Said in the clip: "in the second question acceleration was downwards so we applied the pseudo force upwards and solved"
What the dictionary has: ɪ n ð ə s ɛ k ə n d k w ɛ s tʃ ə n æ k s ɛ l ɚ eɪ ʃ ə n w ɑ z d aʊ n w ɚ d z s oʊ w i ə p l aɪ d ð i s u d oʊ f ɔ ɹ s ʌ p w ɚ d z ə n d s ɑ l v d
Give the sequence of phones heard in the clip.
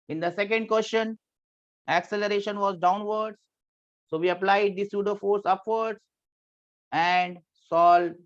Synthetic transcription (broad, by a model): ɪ n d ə s ɛ k ə n d k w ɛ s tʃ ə n æ k s ɛ l ɚ eɪ ʃ ə n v ɑ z d aʊ n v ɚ d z s oʊ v i ə p l aɪ d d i s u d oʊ f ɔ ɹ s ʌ p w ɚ d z ə n d s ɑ l